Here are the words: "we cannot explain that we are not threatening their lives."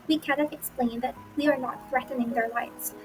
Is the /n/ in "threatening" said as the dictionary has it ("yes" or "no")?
yes